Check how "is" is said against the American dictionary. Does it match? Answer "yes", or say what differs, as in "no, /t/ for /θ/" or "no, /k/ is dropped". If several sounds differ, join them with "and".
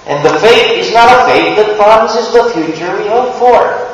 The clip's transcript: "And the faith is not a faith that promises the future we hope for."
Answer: yes